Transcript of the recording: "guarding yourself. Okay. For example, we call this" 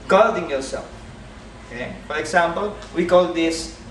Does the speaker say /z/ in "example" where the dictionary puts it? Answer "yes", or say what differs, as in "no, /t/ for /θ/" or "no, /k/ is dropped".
no, /s/ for /z/